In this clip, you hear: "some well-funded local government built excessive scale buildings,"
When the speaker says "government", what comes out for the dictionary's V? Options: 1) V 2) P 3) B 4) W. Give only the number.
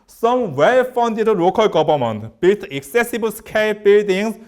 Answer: 3